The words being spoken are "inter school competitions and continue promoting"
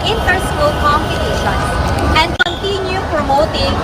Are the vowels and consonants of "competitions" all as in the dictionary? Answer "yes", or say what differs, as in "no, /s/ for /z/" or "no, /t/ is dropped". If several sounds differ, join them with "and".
no, /z/ is dropped